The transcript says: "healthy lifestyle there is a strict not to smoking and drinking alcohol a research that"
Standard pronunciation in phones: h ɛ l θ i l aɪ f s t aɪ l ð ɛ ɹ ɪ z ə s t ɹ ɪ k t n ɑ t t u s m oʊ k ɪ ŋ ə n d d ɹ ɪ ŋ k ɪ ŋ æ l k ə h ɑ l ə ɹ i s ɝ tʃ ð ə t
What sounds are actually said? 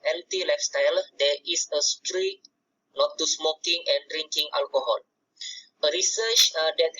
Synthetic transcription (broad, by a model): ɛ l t i l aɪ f s t aɪ l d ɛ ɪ s ə s t ɹ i t n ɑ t t u s m oʊ k ɪ ŋ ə n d d ɹ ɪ ŋ k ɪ ŋ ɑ l k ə h ɑ l ə ɹ i s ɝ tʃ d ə t